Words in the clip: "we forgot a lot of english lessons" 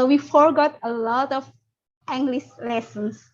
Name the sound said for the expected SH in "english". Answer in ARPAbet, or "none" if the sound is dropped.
S